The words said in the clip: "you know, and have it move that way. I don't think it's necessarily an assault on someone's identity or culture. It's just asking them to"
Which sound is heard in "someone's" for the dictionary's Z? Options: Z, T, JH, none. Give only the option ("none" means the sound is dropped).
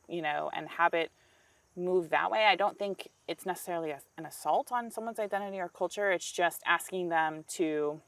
Z